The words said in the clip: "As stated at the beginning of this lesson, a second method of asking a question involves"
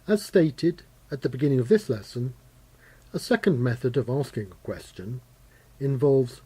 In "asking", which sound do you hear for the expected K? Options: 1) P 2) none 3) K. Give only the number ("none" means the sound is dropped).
3